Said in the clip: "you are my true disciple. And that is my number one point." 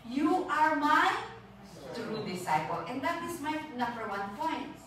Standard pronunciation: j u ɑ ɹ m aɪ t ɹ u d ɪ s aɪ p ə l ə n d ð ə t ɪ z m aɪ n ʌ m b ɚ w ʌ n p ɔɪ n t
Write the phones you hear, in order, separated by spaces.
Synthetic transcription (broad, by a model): j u ɑ ɹ m aɪ t ɹ u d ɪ s aɪ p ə l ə n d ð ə t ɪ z m aɪ n ʌ m b ɚ w ʌ n p ɔɪ n t